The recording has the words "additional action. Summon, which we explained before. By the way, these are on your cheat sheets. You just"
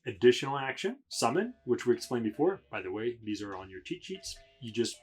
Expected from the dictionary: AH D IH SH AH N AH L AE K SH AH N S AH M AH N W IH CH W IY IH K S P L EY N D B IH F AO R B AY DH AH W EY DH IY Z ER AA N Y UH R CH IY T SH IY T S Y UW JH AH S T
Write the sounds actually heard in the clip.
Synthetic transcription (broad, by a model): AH D IH SH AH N L AE K SH AH N S AH M AH N W IH CH W IY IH K S P L EY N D B IH F AO R B AY DH AH W EY DH IY Z ER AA N Y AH R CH IY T SH IY T S Y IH JH AH S T